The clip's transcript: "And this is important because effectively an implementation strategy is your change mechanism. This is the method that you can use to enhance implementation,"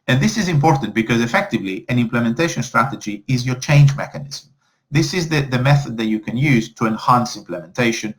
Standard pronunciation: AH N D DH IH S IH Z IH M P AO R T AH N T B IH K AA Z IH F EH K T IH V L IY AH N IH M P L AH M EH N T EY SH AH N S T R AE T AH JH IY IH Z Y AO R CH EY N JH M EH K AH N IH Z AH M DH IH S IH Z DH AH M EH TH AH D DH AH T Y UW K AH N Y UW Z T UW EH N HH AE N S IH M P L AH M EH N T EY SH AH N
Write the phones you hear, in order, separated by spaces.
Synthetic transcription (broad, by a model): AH N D DH IH S IH Z IH M P AO R T AH N T B IH K AA Z IH F EH K T IH V L IY AH N IH M P L AH M EH N T EY SH AH N S T R AE T AH JH IY IH Z Y AO R CH EY N JH M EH K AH N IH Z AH M DH IH S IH Z DH AH M EH TH AH D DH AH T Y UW K AH N Y UW Z T UW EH N HH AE N S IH M P L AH M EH N T EY SH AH N